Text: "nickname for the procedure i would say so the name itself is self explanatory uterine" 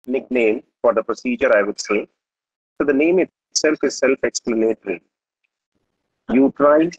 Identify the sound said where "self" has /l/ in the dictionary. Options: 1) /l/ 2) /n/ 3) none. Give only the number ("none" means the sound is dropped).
1